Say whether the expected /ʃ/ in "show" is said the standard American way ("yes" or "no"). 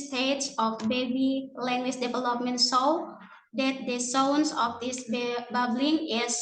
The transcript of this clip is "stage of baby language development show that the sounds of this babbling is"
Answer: no